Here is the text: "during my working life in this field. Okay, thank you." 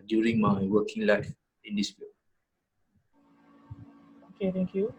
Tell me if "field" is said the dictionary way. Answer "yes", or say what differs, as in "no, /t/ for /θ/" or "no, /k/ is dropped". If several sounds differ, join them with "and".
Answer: no, /d/ is dropped